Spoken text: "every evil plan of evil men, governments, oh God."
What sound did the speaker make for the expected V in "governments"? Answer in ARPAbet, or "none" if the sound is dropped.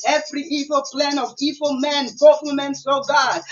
W